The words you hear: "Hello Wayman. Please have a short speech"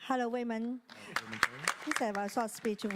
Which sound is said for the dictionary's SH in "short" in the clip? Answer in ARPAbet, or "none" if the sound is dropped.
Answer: S